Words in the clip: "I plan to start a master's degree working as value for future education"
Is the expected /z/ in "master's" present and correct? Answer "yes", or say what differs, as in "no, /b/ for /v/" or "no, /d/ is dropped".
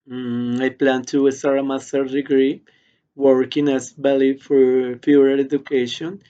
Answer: no, /z/ is dropped